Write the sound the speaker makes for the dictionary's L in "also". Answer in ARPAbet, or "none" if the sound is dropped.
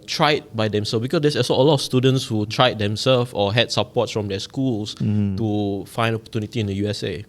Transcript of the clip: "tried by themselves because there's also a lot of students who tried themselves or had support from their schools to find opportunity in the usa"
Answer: none